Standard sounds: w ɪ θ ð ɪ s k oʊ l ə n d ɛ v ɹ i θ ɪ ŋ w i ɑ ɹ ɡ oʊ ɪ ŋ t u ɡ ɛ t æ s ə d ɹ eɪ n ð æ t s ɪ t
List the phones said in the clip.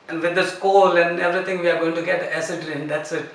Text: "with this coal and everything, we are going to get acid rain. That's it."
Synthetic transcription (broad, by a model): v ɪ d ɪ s k oʊ l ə n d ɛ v ɹ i t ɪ ŋ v i ɑ ɹ ɡ oʊ ɪ ŋ t u ɡ ɛ t æ s ə d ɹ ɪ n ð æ t s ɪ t